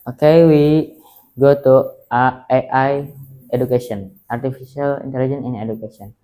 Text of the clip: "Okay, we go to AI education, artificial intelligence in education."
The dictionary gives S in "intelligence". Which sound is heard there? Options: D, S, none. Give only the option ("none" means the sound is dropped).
none